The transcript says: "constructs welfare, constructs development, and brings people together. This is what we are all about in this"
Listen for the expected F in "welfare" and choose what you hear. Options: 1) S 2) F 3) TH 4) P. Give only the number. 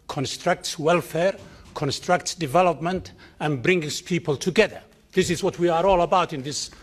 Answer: 2